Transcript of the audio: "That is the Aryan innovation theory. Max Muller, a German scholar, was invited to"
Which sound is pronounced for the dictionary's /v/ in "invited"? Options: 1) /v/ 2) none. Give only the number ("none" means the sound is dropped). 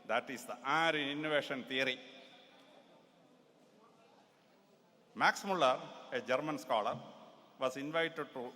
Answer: 1